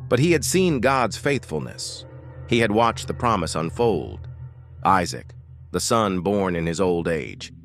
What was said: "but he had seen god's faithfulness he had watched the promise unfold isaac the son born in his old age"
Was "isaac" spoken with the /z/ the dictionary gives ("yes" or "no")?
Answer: yes